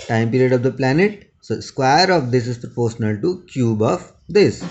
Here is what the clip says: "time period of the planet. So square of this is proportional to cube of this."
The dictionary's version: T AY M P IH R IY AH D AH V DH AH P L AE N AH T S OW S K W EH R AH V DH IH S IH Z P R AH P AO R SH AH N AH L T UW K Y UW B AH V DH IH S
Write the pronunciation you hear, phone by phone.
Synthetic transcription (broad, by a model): T AY M P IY R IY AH D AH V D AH P L AE N AH T S OW S K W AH R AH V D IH S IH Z P R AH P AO R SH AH N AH L T UW K Y UW B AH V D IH S